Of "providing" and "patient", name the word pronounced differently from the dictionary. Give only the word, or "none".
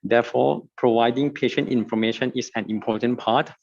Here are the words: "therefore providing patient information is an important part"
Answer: none